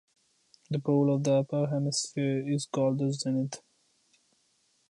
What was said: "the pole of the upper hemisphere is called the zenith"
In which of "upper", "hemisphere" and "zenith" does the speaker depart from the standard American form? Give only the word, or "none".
zenith